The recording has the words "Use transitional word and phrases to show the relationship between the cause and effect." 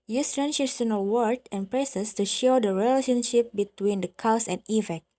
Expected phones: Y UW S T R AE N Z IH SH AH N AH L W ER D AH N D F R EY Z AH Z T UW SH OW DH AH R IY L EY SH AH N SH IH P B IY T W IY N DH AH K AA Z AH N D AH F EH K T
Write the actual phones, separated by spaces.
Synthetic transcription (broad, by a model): Y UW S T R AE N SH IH S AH N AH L W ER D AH N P R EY S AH S T UW SH OW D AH R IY L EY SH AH N SH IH P B IY T W IY N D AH K AA S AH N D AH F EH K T